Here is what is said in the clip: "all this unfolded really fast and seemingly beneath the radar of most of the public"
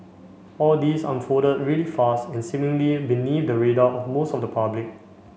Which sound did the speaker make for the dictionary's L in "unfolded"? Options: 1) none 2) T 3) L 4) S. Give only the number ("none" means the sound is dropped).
1